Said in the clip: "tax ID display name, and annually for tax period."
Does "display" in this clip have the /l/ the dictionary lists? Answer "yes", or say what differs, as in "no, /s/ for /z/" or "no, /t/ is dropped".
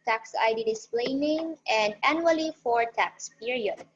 yes